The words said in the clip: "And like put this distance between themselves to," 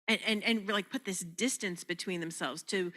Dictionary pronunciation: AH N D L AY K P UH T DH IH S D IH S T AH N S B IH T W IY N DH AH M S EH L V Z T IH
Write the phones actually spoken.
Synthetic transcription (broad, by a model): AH N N L AY K P UH T DH IH S D IH S T AH N S B IH T W IY N DH AH M S EH L V Z T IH